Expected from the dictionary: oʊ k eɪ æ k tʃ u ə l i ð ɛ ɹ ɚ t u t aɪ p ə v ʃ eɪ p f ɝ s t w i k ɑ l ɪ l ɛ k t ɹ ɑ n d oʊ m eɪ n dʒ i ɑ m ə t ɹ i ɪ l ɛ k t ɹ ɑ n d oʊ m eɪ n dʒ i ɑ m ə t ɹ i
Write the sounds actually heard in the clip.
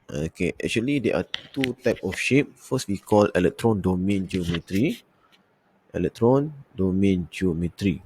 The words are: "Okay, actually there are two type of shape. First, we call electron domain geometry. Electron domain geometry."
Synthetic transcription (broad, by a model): oʊ k eɪ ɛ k tʃ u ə l i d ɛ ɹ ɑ t u t aɪ p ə f ʃ eɪ p f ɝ s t w i k ɑ l ɪ l ɛ k t ɹ ɑ n d oʊ m eɪ n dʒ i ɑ m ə t ɹ i ɪ l ɛ k t ɹ ɑ n d oʊ m eɪ n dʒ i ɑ m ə t ɹ i